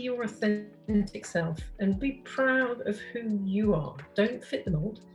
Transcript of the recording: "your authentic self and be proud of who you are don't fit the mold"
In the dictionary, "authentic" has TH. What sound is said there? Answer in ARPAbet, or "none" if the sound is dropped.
TH